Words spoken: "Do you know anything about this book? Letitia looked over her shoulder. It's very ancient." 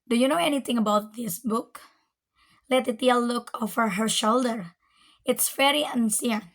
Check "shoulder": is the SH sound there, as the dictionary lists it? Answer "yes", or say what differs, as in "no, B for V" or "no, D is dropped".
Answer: yes